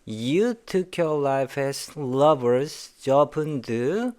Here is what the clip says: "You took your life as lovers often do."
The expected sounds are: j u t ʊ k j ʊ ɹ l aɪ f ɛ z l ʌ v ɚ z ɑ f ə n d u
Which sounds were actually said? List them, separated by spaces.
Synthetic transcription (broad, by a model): j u t ʊ k j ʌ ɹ l aɪ f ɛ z l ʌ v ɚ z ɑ p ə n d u